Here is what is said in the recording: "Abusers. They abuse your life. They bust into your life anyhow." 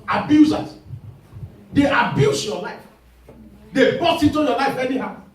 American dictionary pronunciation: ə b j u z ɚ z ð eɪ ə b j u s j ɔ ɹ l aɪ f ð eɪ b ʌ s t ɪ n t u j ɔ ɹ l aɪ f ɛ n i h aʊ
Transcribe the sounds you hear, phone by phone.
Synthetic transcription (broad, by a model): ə b j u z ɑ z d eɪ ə b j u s j ɔ l aɪ f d eɪ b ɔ t ɪ n t u j ɔ l aɪ f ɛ n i h aʊ